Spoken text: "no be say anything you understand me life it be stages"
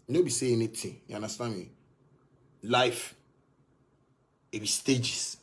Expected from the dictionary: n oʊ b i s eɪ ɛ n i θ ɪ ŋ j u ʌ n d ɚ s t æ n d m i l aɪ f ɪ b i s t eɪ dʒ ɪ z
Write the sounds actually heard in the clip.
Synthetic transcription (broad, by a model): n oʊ b i s eɪ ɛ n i t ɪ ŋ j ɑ n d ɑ s t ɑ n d m i l aɪ f ɪ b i s t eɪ dʒ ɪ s